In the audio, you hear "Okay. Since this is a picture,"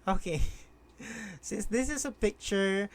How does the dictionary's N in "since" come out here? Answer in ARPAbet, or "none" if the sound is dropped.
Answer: none